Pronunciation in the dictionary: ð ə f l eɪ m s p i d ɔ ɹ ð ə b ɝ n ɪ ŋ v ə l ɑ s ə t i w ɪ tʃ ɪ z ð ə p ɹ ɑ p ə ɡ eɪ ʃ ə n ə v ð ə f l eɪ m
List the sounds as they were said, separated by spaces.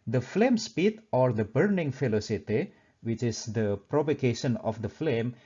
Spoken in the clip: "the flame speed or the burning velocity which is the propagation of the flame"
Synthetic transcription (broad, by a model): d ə f l eɪ m s p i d ɔ ɹ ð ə b ɝ n ɪ ŋ f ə l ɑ s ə t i w ɪ tʃ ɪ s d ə p ɹ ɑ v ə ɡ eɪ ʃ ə n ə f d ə f l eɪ m